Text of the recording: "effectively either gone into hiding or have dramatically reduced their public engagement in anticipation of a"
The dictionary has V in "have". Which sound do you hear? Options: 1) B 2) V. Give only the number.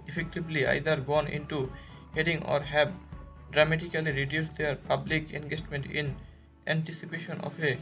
1